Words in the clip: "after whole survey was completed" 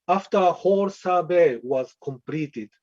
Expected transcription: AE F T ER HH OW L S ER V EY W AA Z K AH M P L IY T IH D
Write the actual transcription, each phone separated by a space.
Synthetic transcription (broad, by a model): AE F T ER HH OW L S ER B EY W AA Z K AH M P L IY T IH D